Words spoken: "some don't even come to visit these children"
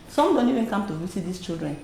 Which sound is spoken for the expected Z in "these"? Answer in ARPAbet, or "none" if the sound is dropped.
S